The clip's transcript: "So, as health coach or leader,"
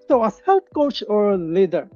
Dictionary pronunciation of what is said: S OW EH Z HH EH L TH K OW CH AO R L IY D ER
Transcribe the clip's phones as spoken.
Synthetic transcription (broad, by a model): S OW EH S HH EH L T K OW CH AO R L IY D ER